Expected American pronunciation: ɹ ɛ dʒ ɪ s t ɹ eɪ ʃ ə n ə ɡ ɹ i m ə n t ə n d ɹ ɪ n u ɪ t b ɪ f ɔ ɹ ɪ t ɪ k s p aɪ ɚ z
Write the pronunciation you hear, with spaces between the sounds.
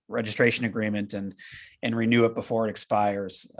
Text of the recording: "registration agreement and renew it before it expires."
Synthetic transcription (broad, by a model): ɹ ɛ dʒ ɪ s t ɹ eɪ ʃ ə n ə ɡ ɹ i m ə n t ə n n ɹ ɪ n u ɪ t b ɪ f ɔ ɹ ɪ t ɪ k s p aɪ ɚ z